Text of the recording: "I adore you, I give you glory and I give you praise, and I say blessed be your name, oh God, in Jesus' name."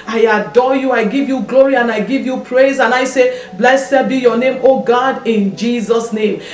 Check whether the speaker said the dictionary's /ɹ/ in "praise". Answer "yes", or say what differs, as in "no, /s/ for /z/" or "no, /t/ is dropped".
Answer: yes